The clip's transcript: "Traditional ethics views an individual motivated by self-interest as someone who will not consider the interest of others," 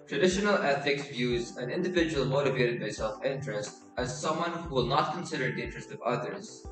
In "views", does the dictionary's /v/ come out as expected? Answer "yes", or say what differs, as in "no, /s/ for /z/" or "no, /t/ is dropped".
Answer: yes